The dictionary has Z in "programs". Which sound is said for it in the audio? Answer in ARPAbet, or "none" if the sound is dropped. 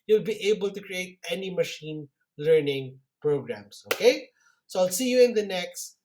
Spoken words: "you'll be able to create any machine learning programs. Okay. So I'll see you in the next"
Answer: S